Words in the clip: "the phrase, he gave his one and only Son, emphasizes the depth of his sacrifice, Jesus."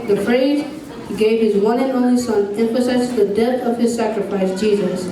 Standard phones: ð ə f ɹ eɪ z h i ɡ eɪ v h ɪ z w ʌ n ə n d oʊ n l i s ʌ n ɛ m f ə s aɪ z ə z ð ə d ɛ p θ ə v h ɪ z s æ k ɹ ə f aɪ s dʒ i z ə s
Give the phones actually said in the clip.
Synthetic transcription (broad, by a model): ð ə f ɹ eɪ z h i ɡ eɪ v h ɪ z w ʌ n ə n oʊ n i s ʌ n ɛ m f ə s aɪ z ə s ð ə d ɛ θ ə v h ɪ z s æ k ɹ ə f aɪ s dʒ i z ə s